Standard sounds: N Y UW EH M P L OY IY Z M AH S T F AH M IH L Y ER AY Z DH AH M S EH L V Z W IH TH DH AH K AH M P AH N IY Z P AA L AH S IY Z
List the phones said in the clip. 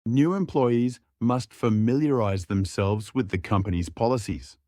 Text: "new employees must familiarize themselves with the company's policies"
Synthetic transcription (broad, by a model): N Y UW EH M P L OY IY Z M AH S T F AH M IH L Y ER AY Z DH AH M S EH L V Z W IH DH AH K AH M P AH N IY Z P AA L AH S IY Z